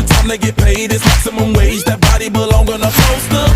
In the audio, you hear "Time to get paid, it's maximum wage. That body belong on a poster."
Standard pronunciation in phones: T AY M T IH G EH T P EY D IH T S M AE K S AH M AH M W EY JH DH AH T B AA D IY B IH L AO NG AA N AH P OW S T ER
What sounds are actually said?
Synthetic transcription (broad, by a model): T AY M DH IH G EH T P EY D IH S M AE S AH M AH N W EY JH DH AH T B AA D IY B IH L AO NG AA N AH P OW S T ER